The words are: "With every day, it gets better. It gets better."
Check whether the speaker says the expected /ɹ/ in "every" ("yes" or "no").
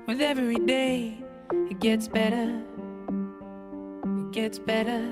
no